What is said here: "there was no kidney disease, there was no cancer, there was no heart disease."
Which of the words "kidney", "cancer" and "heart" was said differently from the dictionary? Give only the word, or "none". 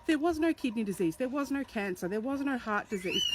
none